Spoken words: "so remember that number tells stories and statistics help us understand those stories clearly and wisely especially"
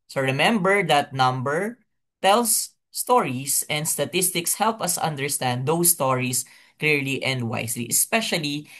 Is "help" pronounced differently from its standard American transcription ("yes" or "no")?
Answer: no